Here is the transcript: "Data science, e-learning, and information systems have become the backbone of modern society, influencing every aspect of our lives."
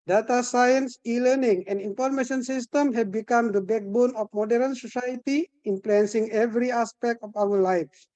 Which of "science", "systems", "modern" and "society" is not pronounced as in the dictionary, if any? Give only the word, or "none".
systems